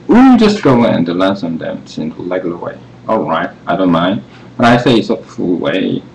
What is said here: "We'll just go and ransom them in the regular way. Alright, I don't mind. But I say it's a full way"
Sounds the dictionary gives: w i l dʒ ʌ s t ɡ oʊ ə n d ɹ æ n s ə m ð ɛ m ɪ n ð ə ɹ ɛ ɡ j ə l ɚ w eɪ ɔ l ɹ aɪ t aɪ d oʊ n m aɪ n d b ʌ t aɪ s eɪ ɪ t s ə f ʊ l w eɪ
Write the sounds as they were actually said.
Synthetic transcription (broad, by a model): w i dʒ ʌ s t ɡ oʊ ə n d l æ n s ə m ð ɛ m ɪ n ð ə l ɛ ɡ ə l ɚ w eɪ ɔ l ɹ aɪ t aɪ d oʊ n m aɪ n d b ʌ t aɪ s eɪ ɪ t s ə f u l w eɪ